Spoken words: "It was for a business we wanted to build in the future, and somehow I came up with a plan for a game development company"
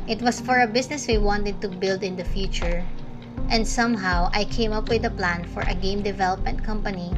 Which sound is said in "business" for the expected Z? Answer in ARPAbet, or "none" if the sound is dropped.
S